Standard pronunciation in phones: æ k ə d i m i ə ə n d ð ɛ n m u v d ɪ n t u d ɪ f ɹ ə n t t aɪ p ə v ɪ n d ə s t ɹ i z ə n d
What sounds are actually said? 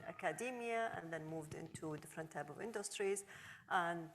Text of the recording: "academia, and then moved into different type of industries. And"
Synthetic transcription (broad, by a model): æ k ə d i m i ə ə n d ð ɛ n m u v d ɪ n t u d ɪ f ɹ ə n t t aɪ p ə v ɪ n d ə s t ɹ i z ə n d